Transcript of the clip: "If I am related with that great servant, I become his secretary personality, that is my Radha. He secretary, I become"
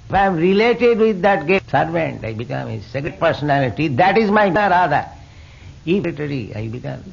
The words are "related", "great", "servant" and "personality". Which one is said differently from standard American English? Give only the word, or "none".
great